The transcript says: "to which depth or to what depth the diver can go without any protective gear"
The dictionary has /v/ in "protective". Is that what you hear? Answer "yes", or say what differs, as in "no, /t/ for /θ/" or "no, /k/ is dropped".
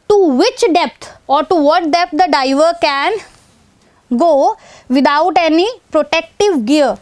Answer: yes